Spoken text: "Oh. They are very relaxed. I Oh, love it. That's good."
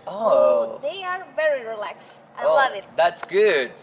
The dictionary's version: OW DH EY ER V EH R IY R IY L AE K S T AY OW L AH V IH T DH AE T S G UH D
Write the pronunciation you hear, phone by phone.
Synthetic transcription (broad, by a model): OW DH EY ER V EH R IY R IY L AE K S AY OW L AH V IH T DH AE T S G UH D